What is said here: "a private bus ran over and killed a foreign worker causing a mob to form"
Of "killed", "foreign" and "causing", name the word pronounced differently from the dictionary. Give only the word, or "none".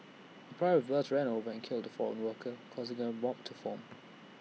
none